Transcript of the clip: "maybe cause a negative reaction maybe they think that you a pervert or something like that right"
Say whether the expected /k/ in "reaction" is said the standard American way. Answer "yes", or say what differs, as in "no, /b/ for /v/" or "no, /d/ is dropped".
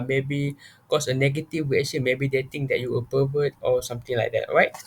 no, /k/ is dropped